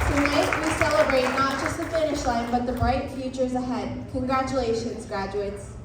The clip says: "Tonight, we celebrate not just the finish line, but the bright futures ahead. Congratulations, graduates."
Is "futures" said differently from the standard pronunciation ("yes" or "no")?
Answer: no